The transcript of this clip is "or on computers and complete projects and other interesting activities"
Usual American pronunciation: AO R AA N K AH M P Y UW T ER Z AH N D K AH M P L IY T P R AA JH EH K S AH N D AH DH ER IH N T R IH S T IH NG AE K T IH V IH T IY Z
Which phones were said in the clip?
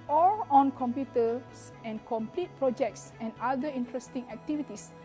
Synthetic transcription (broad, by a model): AO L AA N K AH M P Y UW T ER S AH N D K AH M P L IY T P R AA JH EH K S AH N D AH IY N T R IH S T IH NG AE K T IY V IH T IY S